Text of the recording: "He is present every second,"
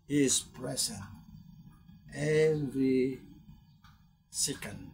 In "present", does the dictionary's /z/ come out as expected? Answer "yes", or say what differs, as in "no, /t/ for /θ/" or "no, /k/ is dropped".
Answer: no, /s/ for /z/